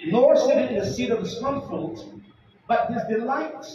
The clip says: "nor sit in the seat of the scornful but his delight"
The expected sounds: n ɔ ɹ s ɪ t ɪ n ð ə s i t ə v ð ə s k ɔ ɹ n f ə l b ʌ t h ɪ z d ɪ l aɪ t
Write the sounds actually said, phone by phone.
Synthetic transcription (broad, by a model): n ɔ ɹ s ɪ t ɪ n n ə s i t ə v ð ə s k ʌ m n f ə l b ʌ t h ɪ z d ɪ l aɪ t